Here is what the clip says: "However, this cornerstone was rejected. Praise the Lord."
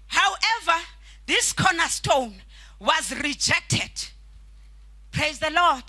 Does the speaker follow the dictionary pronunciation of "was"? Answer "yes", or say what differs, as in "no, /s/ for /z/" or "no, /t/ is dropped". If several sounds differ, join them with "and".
yes